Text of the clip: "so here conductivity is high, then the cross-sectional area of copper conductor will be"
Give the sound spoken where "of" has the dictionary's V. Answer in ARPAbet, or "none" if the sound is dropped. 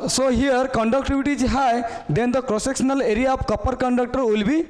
P